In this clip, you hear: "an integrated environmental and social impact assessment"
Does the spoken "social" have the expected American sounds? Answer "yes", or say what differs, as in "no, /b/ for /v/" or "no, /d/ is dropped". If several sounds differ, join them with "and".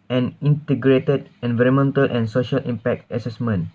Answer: yes